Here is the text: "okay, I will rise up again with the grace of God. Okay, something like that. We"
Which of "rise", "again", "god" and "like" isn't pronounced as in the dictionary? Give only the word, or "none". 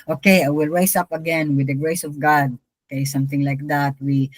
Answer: rise